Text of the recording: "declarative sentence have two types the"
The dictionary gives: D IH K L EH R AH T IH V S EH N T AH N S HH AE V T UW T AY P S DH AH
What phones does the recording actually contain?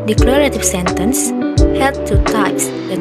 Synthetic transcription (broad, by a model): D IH K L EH R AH T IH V S EH N T AH N S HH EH P T UW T AY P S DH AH